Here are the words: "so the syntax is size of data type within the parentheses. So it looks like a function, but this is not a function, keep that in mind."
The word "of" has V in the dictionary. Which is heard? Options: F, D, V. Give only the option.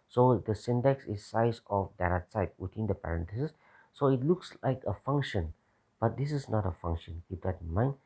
F